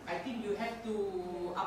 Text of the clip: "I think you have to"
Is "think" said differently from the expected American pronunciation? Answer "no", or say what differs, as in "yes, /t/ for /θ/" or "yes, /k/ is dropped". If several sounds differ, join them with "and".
yes, /t/ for /θ/